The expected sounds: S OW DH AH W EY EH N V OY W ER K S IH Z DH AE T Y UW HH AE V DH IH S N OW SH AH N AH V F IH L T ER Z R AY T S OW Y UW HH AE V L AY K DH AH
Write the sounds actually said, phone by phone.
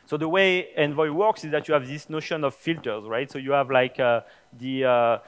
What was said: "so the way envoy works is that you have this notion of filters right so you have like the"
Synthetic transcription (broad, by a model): S OW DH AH W EY EH N V OY W ER K S IH Z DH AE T Y UW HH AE V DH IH S N OW SH AH N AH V F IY L T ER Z R AY T S OW Y UW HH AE V L AY K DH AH